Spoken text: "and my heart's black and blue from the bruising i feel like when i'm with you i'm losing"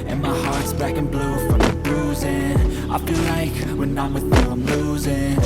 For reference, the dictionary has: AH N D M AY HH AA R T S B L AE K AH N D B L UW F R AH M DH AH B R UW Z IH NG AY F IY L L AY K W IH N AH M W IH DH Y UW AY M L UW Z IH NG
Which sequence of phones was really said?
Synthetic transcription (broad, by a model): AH N M AY HH AA R T S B AE K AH N B L UW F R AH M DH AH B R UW Z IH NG AY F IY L L AY K W IH N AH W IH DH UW AY M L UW Z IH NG